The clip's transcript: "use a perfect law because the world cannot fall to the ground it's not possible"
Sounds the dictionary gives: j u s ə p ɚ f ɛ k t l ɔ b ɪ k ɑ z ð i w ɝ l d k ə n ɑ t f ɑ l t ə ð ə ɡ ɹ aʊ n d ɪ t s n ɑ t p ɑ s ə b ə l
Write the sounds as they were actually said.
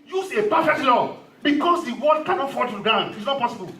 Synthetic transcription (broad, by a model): j u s ə p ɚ f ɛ k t l ɔ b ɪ k ɑ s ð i w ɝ d k ə n ɑ t f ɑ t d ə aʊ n ɪ t s n ɑ t p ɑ s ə b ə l